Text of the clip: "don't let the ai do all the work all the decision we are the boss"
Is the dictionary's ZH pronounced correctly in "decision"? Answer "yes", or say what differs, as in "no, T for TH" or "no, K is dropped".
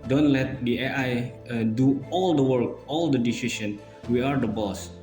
no, S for ZH